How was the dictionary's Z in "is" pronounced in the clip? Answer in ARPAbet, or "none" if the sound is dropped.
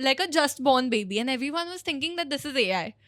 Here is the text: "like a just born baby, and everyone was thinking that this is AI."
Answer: Z